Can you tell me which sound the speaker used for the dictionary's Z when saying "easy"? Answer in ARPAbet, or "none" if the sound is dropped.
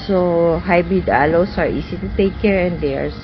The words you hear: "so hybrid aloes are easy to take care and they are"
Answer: S